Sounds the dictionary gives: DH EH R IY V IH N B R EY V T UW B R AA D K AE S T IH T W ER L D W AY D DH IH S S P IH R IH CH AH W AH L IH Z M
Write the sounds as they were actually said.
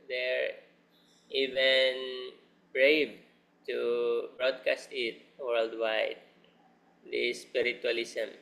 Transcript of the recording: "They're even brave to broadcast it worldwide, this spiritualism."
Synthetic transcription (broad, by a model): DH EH R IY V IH N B R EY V T UW B R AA D K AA S T IH T W ER L D W AY D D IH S S P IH R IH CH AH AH L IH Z M